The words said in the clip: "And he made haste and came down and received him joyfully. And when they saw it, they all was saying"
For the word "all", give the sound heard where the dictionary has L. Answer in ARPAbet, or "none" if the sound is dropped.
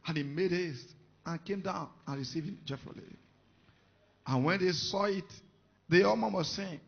N